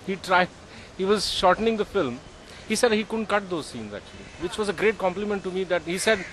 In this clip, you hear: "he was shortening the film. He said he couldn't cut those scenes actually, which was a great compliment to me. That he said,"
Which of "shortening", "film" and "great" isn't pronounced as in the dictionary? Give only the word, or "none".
none